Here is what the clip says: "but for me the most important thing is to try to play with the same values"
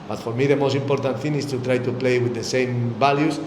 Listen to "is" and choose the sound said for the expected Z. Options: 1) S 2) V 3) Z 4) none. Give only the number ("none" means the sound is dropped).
1